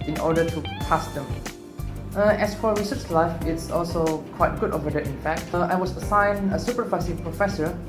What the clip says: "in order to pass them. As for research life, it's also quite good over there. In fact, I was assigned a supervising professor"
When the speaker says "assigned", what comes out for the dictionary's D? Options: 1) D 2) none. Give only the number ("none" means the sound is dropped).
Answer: 2